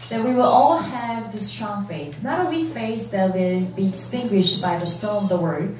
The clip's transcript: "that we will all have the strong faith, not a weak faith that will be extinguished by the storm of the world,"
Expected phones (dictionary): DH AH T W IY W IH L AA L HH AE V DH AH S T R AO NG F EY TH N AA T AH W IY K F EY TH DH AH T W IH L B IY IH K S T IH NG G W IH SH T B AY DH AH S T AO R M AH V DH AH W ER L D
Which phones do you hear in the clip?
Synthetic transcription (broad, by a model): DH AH T W IY W IH L AA L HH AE V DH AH S T R AO NG F EY TH N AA T AH W IY K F EY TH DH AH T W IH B IY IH S T IH NG G W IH SH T B AY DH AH S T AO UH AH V DH AH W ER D